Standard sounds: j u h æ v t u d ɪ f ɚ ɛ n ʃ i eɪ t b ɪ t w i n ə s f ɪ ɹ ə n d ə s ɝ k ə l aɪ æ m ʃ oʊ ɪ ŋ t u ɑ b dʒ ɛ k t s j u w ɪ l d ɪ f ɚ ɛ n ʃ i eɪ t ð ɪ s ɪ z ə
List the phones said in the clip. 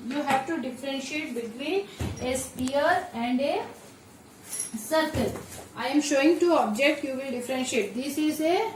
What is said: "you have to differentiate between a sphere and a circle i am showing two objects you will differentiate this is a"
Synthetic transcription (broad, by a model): j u h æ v t u d ɪ f ɚ ɛ n ʃ i eɪ t b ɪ t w i n ə s p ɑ ɹ ə n d ə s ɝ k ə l aɪ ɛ m ʃ oʊ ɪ ŋ t u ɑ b dʒ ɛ k t j u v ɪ l d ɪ f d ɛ n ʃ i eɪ t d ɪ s ɪ z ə